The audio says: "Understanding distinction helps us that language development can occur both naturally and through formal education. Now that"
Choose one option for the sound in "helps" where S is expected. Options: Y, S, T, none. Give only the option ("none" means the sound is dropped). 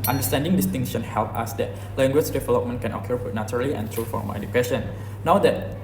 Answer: none